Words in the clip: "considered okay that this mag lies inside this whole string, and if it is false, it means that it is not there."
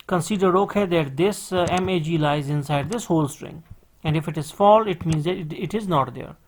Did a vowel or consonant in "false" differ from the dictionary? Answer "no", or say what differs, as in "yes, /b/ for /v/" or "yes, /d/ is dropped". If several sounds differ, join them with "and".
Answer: yes, /s/ is dropped